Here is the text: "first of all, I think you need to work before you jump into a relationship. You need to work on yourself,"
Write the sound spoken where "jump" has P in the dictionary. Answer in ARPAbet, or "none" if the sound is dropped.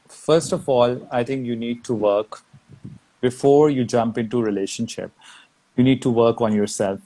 P